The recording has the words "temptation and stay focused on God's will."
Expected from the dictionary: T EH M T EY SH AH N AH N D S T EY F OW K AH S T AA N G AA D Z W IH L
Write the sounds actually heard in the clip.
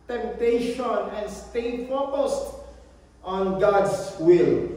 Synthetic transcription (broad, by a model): T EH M T EY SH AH N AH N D S T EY F OW K AH S T AA N G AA D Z W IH L